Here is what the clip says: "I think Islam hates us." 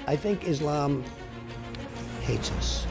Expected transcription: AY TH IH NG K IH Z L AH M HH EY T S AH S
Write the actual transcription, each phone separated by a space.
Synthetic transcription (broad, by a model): AY TH IH NG K IH Z L AH M HH EY T S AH S